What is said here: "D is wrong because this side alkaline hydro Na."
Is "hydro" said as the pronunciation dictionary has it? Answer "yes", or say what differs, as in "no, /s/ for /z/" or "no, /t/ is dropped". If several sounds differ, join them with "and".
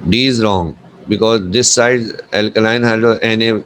no, /ɹ/ is dropped